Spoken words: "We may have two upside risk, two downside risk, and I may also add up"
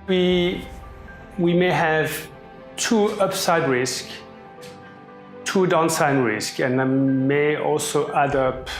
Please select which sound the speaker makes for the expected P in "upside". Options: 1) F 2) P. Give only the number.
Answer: 2